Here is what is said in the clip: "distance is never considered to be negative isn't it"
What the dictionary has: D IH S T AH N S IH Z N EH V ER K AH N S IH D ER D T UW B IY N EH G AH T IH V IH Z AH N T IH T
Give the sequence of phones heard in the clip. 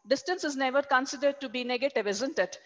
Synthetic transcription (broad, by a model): D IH S T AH N S IH Z N EH V ER K AH N S IH D ER D T UW B IY N EH G AH T IH V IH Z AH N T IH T